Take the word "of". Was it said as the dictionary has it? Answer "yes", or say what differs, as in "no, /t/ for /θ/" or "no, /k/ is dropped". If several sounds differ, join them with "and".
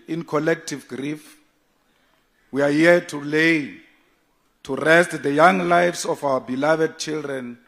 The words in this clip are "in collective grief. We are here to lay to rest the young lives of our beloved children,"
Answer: no, /f/ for /v/